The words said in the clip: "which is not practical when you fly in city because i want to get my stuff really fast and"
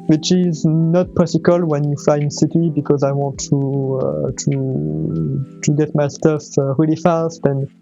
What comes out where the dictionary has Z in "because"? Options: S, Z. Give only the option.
Z